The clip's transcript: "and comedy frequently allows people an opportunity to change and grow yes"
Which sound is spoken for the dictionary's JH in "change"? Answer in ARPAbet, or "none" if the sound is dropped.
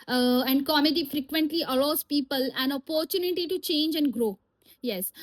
JH